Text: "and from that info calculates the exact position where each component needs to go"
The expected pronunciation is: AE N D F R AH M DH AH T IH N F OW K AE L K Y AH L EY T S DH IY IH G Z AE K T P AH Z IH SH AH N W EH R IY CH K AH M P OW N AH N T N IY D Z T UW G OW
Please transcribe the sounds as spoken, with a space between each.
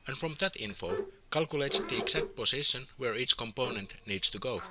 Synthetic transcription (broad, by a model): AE N F R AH M DH AH T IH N F OW K AE L K Y AH L EY T S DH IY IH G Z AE K T P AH S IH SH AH N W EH R IY CH K AH M P OW N AH N T N IY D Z T UW G OW